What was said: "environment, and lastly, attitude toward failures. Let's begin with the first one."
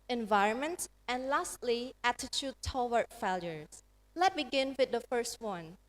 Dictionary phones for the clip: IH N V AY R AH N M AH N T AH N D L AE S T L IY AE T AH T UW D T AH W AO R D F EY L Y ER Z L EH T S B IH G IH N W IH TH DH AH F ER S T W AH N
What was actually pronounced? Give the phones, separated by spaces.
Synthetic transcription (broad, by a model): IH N V AY R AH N M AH N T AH N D L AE S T L IY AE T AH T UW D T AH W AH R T F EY L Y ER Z L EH T B IH G IH N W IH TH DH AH F ER S T W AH N